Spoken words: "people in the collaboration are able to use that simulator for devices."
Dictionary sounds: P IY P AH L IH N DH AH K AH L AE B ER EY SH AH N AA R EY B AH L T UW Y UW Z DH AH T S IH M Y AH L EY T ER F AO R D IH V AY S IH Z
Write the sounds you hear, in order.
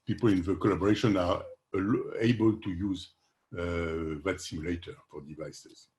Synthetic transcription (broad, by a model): P IY P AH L IH N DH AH K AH L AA B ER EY SH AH N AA L EY B AH L T UW Y UW Z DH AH T S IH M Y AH L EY T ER F AO R D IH V AY S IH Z